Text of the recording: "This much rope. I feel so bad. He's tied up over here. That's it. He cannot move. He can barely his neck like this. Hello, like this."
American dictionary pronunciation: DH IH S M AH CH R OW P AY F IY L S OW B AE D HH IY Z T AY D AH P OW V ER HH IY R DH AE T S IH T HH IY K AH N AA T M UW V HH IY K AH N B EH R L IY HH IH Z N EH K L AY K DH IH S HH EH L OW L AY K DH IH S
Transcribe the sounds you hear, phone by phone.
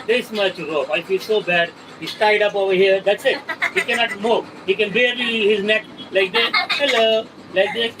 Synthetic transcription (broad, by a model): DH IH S M AH CH R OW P AY F IY L S OW B AE D HH IY S T AY D AH P OW V ER HH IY R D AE T S IH T HH IY K AH N AA T M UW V HH IY K AH N B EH R IY HH IH Z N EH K L AY K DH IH HH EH L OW L AY K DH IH